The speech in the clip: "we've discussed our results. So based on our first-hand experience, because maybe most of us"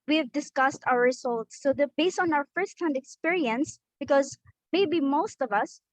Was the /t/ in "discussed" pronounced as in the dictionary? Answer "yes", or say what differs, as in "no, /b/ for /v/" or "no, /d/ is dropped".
yes